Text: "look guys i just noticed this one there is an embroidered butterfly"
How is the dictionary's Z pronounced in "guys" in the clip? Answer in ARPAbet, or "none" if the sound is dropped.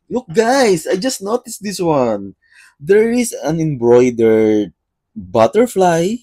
S